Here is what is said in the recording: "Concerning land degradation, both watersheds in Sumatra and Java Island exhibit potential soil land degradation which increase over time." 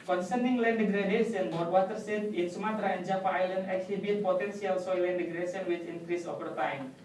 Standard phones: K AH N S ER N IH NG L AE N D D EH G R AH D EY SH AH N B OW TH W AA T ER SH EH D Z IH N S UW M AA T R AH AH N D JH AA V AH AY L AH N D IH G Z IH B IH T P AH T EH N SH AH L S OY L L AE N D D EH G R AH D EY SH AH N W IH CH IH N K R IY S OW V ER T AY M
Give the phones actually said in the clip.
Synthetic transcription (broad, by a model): K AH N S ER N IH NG L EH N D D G R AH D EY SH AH N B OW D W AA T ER S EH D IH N S UW M AA T R AH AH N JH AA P AY L AH N D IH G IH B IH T P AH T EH N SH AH L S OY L L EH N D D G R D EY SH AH N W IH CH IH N K R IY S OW P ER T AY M